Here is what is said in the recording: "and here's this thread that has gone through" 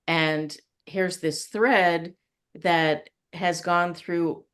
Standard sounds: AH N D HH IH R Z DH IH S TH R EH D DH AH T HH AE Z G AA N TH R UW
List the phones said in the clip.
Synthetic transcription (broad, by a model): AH N HH IH R Z DH IH S TH R EH D DH AH T HH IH Z G AA N TH R UW